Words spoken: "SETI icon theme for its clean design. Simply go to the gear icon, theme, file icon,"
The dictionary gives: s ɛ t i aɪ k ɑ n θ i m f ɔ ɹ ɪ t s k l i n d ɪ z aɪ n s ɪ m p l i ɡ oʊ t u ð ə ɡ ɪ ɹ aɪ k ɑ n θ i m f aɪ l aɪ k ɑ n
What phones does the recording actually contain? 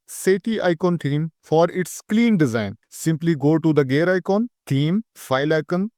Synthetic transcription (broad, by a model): s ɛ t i aɪ k ɑ n t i m f ɔ ɹ ɪ t s k l i n d ɪ z aɪ n s ɪ m p l i ɡ oʊ t u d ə ɡ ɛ ɹ aɪ k ɑ n t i m f aɪ l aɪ k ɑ n